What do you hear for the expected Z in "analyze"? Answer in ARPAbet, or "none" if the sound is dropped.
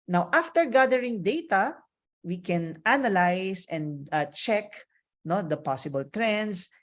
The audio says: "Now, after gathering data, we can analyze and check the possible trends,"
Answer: S